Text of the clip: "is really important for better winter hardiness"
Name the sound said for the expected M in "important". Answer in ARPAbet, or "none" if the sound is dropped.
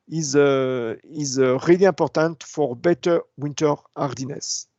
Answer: none